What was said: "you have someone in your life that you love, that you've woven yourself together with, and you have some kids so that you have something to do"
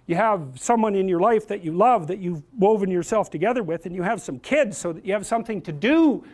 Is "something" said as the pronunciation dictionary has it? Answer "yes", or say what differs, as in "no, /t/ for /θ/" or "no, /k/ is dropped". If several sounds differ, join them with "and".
yes